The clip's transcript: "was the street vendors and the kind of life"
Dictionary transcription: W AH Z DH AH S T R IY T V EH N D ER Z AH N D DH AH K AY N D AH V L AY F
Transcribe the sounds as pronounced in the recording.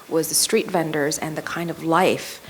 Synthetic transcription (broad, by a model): W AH Z DH AH S T R IY T V EH N D ER Z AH N DH AH K AY N D AH V L AY F